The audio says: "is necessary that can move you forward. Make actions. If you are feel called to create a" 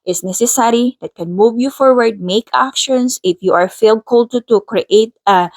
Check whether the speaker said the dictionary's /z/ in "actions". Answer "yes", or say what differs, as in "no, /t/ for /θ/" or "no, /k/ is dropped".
no, /s/ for /z/